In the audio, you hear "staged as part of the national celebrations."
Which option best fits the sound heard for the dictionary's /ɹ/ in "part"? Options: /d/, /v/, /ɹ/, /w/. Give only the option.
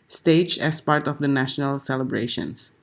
/ɹ/